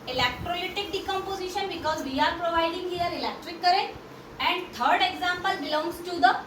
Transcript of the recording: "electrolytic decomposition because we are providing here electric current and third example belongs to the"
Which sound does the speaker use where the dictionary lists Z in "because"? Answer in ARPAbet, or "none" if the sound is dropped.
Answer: Z